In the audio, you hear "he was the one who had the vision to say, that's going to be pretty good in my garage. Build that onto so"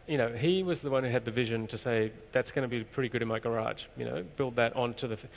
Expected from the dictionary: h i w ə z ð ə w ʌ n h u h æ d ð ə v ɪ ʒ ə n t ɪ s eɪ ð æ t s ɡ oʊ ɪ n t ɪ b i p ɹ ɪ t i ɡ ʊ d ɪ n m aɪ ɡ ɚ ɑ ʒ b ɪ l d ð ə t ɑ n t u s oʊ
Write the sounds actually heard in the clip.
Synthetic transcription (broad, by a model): h i w ə z ð ə w ʌ n h u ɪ d ð ə v ɪ ʒ ə n t ɪ s eɪ ð æ t s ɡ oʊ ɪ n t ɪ b i p ɹ ɪ t i ɡ ʊ d ɪ n m aɪ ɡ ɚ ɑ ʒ b ɪ l d ð ə t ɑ n t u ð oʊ